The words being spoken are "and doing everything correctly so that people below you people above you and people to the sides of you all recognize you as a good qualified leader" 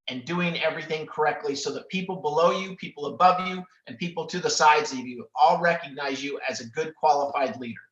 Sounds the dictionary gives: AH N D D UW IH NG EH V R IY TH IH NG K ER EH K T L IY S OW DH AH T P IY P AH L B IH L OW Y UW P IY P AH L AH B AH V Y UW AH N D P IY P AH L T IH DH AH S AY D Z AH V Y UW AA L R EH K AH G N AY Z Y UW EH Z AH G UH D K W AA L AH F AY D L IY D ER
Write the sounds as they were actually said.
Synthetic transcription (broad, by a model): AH N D D UW IH NG EH V R IY TH IH NG K ER EH K T L IY S OW DH AH T P IY P L B IH L OW Y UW P IY P L AH B AH V Y UW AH N P IY P L T IH DH AH S AY D Z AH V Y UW AA L R EH K AH G N AY Z Y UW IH Z AH G UH D K W AA L AH F AY D L IY D ER